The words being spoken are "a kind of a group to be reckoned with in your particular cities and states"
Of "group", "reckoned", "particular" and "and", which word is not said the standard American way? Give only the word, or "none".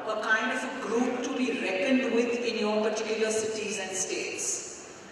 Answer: none